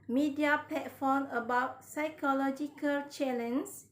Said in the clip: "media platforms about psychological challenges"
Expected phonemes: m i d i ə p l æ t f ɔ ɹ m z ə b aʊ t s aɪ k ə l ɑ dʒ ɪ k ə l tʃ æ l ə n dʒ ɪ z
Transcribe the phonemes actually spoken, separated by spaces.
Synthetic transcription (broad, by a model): m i d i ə p l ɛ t f ɔ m ə b aʊ t s aɪ k ə l ɑ dʒ ɪ k ə l tʃ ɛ l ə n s